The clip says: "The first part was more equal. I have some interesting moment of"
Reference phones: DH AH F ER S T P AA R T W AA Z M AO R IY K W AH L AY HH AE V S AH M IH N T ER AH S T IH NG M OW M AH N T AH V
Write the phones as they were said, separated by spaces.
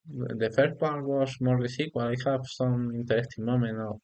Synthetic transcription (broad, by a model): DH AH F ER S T P AA R T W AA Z M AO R IY K W AH L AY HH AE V S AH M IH N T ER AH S T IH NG M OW M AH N AH